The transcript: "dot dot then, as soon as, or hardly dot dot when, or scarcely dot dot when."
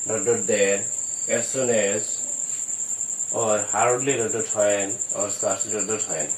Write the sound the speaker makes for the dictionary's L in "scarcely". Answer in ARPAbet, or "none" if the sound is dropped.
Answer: none